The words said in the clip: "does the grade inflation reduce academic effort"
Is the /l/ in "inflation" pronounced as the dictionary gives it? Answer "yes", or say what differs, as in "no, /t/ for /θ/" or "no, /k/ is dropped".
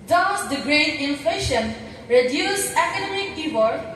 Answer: yes